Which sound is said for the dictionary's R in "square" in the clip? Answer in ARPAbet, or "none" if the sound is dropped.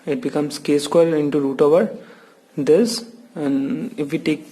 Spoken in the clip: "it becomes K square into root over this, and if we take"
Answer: L